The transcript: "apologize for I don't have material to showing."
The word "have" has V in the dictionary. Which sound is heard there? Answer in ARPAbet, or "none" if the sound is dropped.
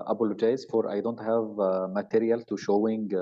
V